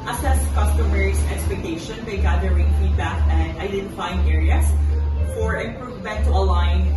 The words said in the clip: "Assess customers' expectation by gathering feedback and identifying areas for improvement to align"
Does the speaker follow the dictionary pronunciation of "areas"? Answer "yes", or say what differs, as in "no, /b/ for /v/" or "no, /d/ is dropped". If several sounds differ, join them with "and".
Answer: no, /s/ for /z/